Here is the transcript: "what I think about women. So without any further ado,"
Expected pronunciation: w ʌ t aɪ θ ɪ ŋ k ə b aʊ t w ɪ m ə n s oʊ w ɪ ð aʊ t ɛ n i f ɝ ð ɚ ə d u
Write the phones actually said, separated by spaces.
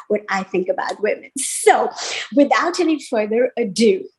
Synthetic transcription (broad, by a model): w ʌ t aɪ θ ɪ ŋ k ə b aʊ t w ɪ m ə n s oʊ w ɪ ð aʊ t ɛ n i f ɝ ð ɚ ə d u